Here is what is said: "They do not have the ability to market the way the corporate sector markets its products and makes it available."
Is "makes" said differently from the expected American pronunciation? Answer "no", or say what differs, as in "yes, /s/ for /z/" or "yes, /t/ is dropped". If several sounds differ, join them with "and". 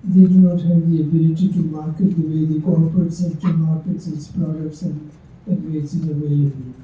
yes, /k/ is dropped